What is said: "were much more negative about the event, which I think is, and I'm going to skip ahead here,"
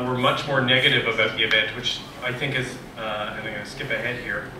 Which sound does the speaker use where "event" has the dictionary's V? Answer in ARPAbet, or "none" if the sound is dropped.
B